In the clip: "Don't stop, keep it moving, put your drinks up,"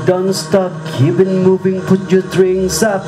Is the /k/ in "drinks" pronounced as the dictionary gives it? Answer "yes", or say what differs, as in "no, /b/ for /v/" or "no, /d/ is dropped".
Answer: no, /k/ is dropped